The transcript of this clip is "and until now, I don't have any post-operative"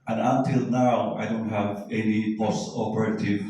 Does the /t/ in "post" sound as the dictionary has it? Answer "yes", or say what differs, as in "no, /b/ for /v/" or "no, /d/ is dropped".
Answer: no, /t/ is dropped